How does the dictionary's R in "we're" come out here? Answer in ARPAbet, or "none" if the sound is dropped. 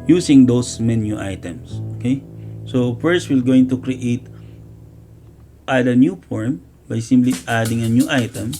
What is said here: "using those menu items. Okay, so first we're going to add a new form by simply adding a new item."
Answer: L